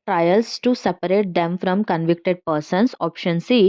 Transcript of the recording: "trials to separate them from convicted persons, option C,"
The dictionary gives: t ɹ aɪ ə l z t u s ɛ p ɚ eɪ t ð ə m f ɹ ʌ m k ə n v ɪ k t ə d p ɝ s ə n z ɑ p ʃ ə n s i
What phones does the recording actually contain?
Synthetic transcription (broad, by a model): t ɹ aɪ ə l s t u s ɛ p ɚ eɪ t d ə m f ɹ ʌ m k ə n v ɪ k t ə d p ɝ s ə n s ɑ p ʃ ə n s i